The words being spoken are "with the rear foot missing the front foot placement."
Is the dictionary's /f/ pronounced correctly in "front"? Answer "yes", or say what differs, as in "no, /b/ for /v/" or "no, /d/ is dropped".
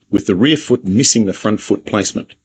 yes